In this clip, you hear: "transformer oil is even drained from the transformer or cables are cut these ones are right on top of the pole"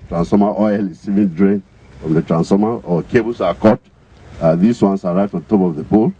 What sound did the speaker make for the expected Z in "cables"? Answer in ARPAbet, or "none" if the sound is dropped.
S